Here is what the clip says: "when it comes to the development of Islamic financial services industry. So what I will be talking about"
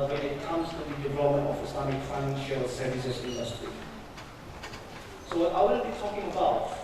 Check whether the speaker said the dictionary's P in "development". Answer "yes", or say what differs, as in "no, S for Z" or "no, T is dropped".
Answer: no, P is dropped